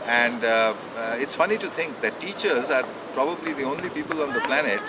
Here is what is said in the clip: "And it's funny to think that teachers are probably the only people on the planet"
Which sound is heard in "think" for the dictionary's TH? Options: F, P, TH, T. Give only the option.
T